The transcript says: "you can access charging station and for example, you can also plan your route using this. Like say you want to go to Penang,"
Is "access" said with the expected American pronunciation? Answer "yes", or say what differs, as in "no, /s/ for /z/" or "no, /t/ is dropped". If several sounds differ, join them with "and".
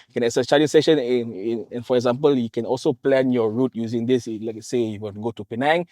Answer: no, /k/ is dropped and /s/ is dropped